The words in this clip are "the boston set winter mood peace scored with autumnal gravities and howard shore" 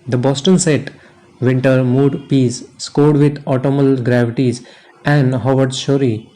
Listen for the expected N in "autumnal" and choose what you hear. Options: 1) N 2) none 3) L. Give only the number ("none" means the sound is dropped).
2